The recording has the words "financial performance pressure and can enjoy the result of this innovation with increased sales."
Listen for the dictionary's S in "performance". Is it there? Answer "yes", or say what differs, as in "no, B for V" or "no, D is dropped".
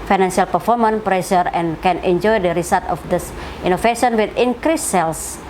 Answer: no, S is dropped